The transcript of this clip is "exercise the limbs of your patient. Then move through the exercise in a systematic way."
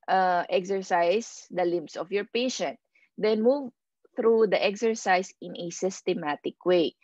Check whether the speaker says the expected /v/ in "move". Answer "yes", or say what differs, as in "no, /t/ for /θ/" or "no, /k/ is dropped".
yes